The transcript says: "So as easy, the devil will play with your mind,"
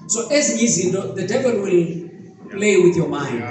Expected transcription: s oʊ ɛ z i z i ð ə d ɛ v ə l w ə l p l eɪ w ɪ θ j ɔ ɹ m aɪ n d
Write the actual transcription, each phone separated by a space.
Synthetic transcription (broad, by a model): s oʊ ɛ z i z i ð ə d ɛ v ə l w ə l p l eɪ w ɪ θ j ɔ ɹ m aɪ n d